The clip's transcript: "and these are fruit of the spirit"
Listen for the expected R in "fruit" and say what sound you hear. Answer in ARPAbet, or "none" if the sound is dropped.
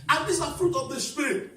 R